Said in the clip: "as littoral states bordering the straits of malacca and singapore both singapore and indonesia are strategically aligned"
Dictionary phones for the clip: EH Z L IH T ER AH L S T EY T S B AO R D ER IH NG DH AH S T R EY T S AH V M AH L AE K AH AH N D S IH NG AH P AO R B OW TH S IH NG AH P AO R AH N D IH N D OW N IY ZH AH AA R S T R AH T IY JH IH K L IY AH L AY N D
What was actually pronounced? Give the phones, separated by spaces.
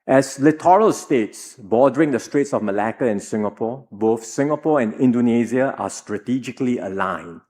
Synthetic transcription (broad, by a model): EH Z L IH T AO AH L S T EY T S B AO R D ER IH NG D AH S T R EY T S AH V M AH L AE K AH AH N S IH NG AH P AO B OW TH S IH NG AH P AO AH N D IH N D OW N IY Z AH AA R S T R AH T IY JH IH K L IY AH L AY N